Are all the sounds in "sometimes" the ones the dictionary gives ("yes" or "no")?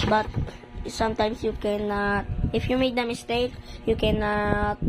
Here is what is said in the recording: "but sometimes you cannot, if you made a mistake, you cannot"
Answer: no